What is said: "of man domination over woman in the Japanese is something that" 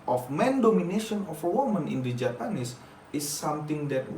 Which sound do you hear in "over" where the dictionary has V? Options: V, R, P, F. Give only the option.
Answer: F